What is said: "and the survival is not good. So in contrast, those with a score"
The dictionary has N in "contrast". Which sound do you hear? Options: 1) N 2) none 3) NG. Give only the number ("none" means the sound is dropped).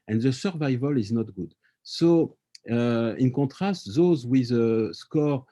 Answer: 2